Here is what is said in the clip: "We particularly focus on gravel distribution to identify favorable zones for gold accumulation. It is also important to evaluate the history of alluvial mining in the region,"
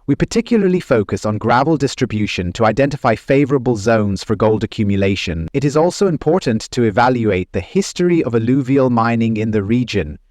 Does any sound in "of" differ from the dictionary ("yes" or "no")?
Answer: no